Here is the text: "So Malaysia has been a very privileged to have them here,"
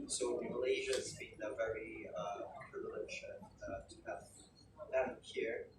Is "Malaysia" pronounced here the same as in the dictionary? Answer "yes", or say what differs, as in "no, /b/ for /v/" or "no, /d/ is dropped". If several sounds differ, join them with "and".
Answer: yes